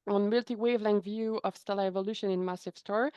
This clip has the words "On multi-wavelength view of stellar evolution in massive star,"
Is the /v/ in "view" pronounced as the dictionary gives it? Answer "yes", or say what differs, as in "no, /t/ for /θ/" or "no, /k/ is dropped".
yes